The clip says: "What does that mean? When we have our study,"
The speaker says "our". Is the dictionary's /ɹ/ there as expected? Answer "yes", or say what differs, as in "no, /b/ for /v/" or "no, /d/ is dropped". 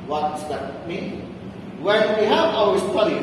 no, /w/ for /ɹ/